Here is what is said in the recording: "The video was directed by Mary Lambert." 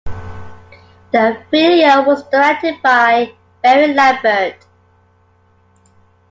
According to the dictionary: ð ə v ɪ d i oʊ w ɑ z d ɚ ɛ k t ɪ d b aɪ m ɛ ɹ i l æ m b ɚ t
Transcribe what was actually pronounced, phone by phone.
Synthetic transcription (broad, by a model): ð ə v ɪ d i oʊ w ɑ z d ɚ ɛ k t ɪ d b aɪ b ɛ ɹ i l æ b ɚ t